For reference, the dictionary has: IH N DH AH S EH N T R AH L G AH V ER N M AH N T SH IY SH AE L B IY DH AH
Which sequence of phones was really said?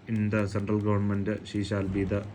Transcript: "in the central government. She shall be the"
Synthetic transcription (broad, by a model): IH N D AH S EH N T R AH L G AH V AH N M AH N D SH IY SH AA L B IY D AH